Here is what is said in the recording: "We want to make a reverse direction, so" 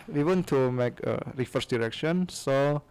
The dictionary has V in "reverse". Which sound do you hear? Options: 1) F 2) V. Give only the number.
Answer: 1